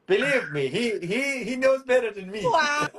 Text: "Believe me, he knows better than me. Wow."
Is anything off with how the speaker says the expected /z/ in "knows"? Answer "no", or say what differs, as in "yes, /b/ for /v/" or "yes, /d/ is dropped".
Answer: no